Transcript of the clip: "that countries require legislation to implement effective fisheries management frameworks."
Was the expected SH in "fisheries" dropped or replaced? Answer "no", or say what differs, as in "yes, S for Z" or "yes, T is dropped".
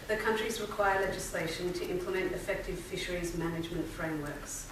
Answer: no